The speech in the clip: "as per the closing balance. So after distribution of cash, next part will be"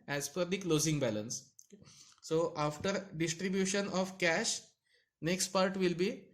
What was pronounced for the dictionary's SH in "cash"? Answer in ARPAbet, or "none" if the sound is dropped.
SH